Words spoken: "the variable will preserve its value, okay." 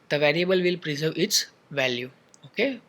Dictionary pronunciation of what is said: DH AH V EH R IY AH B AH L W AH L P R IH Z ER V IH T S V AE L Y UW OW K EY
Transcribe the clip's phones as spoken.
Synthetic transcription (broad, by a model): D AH V EH R IY AH B AH L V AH L P R IH Z ER V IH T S V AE L Y UW OW K EY